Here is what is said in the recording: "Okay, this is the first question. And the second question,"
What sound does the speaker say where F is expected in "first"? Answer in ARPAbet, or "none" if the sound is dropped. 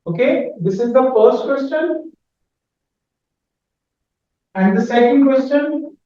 F